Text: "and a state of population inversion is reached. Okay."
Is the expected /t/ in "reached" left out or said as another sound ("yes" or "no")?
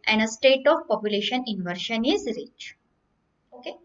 yes